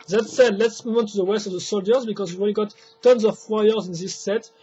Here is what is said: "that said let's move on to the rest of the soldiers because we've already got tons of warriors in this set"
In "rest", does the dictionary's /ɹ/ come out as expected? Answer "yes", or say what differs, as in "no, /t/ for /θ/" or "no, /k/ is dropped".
no, /w/ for /ɹ/